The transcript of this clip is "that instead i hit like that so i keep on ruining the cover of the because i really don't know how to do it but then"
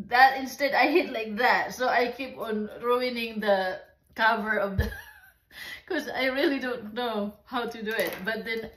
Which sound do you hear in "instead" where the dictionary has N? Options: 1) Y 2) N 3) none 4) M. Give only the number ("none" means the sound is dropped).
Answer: 2